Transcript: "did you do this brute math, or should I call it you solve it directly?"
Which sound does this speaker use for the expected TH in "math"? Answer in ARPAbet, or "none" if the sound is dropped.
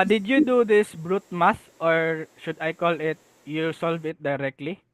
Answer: S